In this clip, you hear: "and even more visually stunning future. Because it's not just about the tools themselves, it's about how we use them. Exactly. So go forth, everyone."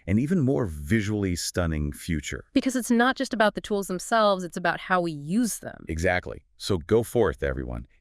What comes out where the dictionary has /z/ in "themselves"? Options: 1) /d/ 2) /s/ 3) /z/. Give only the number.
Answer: 3